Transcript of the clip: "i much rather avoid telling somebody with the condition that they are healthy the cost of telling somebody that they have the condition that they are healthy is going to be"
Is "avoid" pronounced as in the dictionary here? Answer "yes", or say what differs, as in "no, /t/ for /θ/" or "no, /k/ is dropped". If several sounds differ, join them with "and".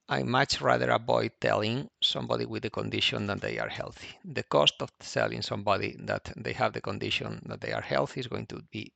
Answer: no, /b/ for /v/